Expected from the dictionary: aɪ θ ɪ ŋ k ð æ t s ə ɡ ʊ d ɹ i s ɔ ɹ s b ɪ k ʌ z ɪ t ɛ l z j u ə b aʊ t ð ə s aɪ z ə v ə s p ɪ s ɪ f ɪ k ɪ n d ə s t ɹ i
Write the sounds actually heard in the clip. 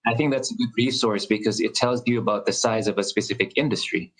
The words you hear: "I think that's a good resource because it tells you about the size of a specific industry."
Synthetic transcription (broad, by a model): aɪ θ ɪ ŋ k ð æ t s ə ɡ ʊ d ɹ i s ɔ ɹ s b ɪ k ʌ z ɪ t ɛ l z j ə b aʊ t ð ə s aɪ z ə v ə s p ɪ s ɪ f ɪ k ɪ n d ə s t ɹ i